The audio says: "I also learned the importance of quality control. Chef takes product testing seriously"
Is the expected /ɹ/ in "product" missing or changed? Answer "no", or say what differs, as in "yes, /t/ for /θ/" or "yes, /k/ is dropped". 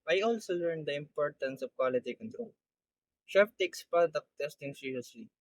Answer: yes, /ɹ/ is dropped